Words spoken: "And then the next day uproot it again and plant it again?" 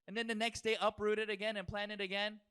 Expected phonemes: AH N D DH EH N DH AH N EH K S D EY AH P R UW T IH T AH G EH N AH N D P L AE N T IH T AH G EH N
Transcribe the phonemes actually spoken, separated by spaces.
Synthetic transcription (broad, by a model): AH N DH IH N DH AH N EH K S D EY AH P R UW T IH T AH G EH N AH N P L AE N IH T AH G EH N